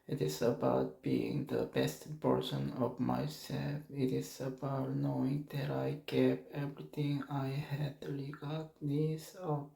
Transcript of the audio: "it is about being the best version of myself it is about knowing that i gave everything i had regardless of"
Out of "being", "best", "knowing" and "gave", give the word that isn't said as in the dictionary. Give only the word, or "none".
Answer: gave